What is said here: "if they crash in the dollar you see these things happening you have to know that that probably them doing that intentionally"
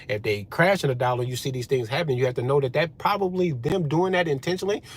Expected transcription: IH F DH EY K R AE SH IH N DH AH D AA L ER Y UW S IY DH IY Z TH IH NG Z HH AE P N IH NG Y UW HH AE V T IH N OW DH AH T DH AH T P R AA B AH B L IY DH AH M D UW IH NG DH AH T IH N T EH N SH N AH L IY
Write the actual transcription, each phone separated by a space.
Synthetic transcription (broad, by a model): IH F DH EY K R AE SH IH N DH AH D AA L ER Y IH S IY DH IY Z TH IH NG Z HH AE P N IH NG Y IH HH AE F T IH N OW DH AH T DH AH T P R AA B AH B L IY DH AH M D UW IH NG DH AH T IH N T EH N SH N L IY